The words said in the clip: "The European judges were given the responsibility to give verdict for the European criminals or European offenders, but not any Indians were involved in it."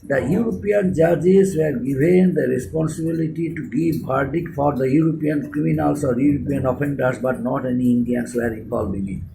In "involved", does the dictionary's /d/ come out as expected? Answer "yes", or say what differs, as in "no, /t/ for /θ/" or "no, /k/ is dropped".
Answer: no, /d/ is dropped